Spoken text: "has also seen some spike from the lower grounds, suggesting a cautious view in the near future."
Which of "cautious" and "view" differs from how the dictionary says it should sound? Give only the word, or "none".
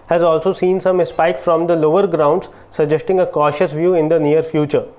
none